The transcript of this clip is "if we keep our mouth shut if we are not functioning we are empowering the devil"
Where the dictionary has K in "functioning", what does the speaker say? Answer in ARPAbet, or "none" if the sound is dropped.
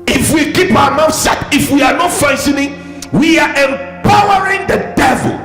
none